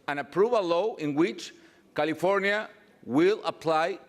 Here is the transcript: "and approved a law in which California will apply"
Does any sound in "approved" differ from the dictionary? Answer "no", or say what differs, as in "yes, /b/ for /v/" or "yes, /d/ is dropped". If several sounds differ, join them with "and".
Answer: yes, /d/ is dropped